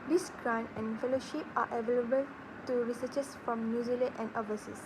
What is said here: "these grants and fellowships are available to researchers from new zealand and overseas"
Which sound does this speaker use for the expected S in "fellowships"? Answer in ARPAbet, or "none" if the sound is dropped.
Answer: none